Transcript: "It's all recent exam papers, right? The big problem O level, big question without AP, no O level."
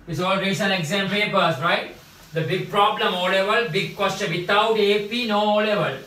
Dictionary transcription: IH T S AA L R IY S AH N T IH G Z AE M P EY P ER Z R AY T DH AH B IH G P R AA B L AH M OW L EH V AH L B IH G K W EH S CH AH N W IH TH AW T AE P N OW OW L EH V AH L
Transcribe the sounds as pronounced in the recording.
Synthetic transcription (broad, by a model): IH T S AA L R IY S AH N IH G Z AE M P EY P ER S R AY T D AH B IH G P R AA B L AH M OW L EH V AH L B IH G K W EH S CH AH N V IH T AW T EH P N OW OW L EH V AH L